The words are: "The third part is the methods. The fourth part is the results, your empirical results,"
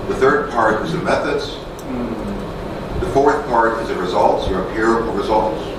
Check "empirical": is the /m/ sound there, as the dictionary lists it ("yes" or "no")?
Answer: no